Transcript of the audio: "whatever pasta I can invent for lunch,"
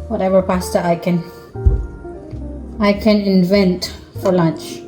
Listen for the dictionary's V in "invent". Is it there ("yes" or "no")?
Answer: yes